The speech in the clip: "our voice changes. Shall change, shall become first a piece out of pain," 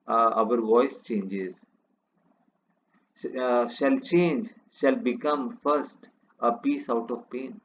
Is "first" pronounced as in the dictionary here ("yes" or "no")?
yes